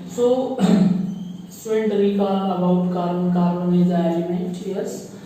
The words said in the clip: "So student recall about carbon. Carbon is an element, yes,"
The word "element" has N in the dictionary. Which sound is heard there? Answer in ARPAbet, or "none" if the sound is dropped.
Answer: none